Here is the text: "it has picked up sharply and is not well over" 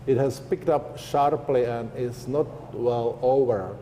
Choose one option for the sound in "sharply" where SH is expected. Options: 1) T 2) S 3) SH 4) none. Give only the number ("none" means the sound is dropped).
3